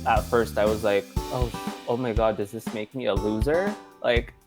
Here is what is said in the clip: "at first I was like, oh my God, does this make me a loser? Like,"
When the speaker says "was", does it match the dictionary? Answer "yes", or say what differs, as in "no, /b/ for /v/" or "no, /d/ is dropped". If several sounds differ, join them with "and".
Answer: yes